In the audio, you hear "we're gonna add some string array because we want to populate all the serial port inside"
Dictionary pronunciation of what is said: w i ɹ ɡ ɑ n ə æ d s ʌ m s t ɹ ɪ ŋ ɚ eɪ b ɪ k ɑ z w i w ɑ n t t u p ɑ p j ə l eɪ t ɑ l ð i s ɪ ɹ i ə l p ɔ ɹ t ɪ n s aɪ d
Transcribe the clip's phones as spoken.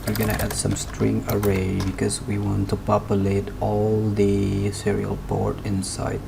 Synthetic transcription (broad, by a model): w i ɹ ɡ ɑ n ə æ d s ʌ m s t ɹ ɪ ŋ ɚ eɪ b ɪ k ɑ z w i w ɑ n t t u p ɑ p j ə l eɪ t ɑ l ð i s ɪ ɹ i ə l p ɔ ɹ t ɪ n s aɪ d